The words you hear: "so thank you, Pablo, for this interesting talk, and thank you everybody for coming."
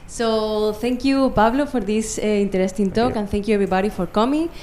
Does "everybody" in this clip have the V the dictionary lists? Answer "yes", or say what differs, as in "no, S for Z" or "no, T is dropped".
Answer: no, B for V